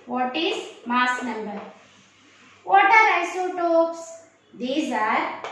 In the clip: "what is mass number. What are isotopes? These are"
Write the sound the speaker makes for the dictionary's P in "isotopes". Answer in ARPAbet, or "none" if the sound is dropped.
P